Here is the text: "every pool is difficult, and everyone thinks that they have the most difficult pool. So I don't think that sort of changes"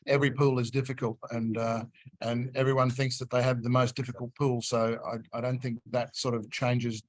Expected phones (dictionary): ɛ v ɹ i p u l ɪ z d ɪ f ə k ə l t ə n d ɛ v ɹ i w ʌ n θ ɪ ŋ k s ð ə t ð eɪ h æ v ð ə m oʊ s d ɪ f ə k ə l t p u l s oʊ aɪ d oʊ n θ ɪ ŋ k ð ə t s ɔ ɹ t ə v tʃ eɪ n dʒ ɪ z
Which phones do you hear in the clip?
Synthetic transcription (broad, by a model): ɛ v ɹ i p u l ɪ z d ɪ f ə k ə l t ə n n ɛ v ɹ i w ʌ n θ ɪ ŋ k s ð ə t ð eɪ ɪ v ð ə m oʊ s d ɪ f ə k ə l t p u l s oʊ aɪ d oʊ n θ ɪ ŋ k ð ə t s ɔ ɹ t ə v tʃ eɪ n dʒ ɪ z